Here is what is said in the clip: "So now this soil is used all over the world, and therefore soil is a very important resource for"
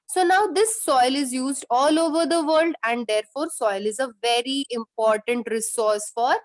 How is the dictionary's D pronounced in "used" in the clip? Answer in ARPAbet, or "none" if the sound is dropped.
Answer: D